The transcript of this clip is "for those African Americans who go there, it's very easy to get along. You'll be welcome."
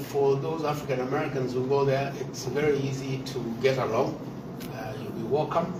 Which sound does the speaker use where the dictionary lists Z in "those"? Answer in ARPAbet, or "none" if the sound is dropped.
Z